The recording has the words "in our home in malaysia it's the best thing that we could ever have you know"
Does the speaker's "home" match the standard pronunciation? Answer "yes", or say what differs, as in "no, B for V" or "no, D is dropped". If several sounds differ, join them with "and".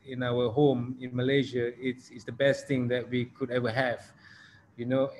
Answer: yes